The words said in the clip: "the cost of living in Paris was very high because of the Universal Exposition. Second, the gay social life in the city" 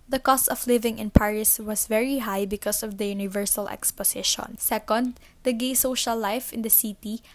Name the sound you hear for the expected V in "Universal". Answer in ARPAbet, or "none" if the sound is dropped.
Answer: V